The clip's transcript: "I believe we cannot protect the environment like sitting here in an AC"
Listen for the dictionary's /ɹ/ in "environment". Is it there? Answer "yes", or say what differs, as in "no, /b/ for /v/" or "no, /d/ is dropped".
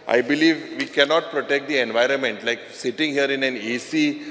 yes